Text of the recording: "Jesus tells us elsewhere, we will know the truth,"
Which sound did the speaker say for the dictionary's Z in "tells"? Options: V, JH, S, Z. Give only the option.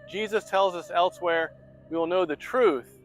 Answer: Z